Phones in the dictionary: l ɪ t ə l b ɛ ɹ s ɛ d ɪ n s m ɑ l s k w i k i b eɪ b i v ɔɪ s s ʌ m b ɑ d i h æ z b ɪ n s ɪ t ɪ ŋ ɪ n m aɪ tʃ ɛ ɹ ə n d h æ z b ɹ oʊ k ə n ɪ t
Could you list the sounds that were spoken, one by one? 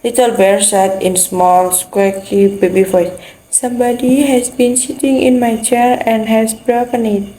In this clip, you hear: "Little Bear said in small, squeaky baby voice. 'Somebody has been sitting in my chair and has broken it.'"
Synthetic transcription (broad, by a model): l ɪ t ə l b ɛ ɹ s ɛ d ɪ n s m ɑ l s k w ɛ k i b eɪ b i f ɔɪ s s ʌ m b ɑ d i h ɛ s b ɪ n s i t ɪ ŋ ɪ n m aɪ tʃ ɛ ɹ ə n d h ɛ s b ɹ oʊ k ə n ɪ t